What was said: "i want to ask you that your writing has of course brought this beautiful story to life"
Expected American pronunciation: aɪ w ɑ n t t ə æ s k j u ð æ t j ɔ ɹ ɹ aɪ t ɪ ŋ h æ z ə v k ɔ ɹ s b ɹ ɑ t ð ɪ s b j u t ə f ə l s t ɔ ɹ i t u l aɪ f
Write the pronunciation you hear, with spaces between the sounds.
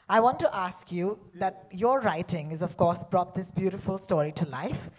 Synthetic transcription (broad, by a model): aɪ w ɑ n t t ə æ s k j u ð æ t j ɔ ɹ ɹ aɪ t ɪ ŋ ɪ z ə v k ɔ ɹ s b ɹ ɑ t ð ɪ s b j u t ə f ə l s t ɔ ɹ i t u l aɪ f